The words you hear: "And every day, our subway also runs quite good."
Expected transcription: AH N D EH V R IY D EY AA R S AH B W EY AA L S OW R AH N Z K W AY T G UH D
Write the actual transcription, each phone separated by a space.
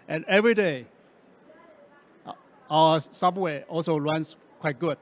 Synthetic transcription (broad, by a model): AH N EH V R IY D EY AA S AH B W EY AA L S OW L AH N S K W AY T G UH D